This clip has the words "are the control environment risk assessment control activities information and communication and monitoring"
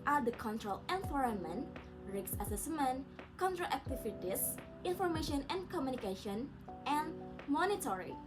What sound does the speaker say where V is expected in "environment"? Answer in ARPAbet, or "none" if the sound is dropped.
F